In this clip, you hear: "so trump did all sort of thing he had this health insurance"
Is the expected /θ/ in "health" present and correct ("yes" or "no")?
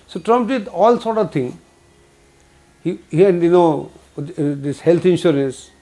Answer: no